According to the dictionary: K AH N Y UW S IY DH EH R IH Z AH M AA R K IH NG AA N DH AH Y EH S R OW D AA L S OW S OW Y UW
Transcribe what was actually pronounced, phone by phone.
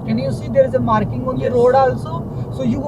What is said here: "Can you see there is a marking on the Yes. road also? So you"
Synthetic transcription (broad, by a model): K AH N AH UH S IY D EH R IH Z AH M AA R K IH NG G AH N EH R OW D AA L S OW S OW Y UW